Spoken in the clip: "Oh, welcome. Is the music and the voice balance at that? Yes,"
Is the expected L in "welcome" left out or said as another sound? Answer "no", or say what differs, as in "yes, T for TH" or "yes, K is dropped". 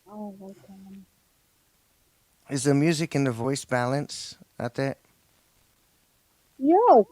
yes, L is dropped